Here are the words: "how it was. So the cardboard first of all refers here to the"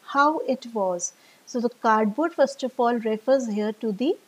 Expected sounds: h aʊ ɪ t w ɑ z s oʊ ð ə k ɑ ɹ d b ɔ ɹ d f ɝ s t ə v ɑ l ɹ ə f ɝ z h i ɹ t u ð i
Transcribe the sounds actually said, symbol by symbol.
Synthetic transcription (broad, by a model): h aʊ ɪ t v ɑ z s oʊ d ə k ɑ ɹ d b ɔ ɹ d f ɝ s t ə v ɑ l ɹ ə f ɝ z h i ɹ t u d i